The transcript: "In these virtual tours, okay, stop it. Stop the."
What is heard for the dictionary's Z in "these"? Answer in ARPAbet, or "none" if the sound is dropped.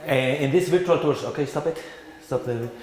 S